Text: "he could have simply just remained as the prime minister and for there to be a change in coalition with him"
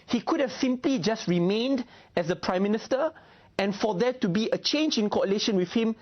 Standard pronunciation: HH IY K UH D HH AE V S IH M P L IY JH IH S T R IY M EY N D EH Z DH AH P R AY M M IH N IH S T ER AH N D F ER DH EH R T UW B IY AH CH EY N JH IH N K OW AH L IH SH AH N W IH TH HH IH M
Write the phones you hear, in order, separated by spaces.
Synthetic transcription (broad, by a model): HH IY K UH D HH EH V S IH M P L IY JH IH S T R IY M EY N D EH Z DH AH P R AY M M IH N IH S T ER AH N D F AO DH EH T UW B IY AH CH EY N JH IH N K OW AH L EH SH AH N W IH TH HH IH M